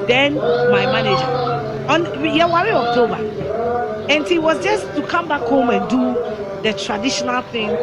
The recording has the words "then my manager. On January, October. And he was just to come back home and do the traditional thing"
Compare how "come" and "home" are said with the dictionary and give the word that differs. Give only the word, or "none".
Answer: none